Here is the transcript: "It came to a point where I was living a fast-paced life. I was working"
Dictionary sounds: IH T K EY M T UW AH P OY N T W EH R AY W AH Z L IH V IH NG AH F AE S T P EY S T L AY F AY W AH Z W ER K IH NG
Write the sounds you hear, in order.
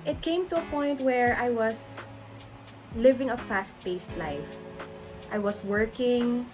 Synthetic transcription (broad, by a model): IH T K EY M T UW AH P OY N T W EH R AY W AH S L IH V IH NG AH F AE S T B EY S T L AY F AY W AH S W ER K IH NG